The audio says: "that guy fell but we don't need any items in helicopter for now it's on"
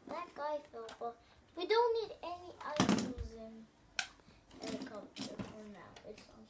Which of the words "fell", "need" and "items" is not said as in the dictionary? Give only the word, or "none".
items